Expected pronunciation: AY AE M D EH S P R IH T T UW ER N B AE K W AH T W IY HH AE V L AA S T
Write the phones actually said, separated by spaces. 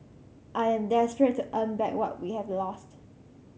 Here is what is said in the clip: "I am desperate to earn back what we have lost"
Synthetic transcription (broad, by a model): AY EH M D EH S P R IH T T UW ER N B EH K W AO T W IY HH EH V L AA S T